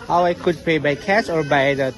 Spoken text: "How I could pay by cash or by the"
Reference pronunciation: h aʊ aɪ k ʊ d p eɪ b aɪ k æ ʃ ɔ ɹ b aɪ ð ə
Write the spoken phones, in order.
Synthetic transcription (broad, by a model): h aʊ aɪ k ʊ d p eɪ b aɪ k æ s ɔ ɹ b aɪ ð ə